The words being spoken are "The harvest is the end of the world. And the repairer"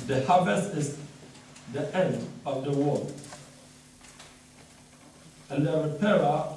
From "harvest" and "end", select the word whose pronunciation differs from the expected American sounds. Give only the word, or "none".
harvest